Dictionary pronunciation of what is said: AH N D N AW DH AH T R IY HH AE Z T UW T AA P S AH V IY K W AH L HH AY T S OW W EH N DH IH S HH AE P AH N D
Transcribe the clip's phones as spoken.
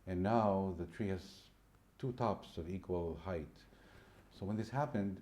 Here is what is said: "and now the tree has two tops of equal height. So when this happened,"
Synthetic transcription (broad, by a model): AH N N AW DH AH T R IY HH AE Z T UW T AA P S AH V IY K W AH L HH AY T S OW W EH N DH IH S HH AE P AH N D